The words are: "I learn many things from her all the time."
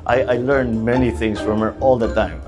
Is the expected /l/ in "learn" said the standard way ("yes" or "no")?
yes